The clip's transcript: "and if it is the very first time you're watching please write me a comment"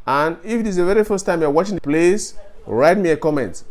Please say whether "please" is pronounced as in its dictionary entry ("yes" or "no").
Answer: no